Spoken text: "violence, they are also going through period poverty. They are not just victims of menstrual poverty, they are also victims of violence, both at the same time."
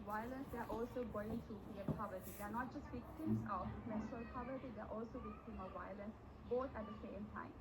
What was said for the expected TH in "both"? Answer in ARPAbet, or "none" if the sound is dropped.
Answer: T